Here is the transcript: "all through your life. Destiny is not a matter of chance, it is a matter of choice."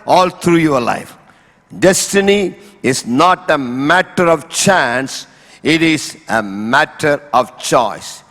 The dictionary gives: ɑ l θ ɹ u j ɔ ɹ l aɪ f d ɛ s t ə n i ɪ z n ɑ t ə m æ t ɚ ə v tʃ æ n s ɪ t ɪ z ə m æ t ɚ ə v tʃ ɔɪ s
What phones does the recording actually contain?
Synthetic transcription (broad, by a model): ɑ l t ɹ u j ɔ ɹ l aɪ f d ɛ s t ə n i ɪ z n ɑ t ə m æ t ɚ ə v tʃ æ n s ɪ t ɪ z ə m æ t ɚ ə v tʃ ɔɪ s